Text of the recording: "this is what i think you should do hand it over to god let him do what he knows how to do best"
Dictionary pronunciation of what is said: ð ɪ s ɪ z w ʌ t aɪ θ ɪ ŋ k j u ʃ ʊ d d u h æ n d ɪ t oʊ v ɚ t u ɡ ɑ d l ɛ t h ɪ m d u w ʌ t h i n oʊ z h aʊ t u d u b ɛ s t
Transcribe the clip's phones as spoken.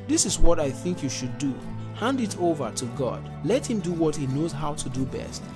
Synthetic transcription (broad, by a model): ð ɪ s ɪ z w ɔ t aɪ θ ɪ ŋ k j u ʃ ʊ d d u h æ n d ɪ t oʊ v ɚ t u ɡ ɑ d l ɛ t h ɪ m d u w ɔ t h i n oʊ z h aʊ t u d u b ɛ s t